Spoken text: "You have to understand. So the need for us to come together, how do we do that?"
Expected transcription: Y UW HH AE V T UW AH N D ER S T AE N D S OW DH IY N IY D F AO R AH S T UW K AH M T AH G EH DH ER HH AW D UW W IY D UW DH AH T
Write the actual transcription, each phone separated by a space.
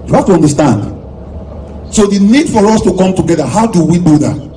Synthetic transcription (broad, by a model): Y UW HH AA F T UW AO N D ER S T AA N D S OW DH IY N IY D F AO R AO S T UW K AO M T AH G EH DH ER HH AW D UW W IY D UW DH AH T